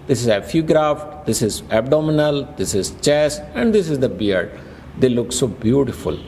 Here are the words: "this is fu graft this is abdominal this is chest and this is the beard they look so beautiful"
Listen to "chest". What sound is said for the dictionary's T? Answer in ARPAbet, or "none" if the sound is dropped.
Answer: none